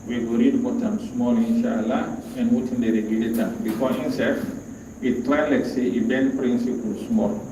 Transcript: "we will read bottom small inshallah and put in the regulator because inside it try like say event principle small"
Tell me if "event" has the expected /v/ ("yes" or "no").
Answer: no